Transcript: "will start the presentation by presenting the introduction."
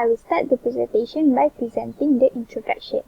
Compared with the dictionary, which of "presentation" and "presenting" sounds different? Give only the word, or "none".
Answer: none